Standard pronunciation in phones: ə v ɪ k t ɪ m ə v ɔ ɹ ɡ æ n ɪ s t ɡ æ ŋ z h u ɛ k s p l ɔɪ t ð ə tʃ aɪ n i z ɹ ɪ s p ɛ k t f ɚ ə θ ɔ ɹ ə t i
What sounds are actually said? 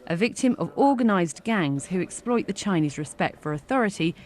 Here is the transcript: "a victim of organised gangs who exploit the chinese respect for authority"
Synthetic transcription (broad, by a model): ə v ɪ k t ɪ m ə v ɔ ɡ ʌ n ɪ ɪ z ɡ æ ŋ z h u ɛ k s p l ɔɪ t ð ə tʃ aɪ n i z ɹ ɪ s p ɛ k t f ɚ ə θ ɔ ɹ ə t i